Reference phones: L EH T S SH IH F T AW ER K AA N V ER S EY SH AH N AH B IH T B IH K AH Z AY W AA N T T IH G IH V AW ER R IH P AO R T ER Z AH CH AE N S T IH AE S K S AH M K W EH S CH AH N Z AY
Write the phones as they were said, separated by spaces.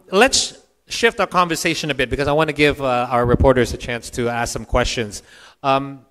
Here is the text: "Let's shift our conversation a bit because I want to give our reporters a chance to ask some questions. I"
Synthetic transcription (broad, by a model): L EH T S SH IH F T AW ER K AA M V ER S EY SH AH N AH B IH T B IH K AH Z AY W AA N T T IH G IH V AW ER R IH P AO R T ER Z AH CH AE N S T IH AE S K S AH M K W EH S CH AH N Z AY